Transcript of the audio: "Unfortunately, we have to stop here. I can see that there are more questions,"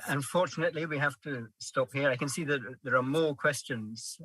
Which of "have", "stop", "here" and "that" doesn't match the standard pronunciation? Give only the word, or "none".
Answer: have